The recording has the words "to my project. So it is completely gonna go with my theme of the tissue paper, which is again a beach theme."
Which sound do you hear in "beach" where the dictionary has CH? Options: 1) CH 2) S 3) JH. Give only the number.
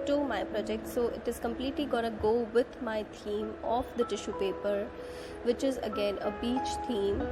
1